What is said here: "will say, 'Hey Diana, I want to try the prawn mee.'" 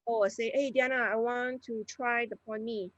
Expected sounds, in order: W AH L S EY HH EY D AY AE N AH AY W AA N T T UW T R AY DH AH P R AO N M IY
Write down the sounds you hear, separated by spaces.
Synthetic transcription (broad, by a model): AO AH S EY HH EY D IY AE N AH AY W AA N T T UW T R AY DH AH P AO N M IY